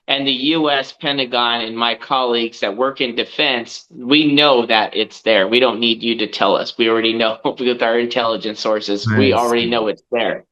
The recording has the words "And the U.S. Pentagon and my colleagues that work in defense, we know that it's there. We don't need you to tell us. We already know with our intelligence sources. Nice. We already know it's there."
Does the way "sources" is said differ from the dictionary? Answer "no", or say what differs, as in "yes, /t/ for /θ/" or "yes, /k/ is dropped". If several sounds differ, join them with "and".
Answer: no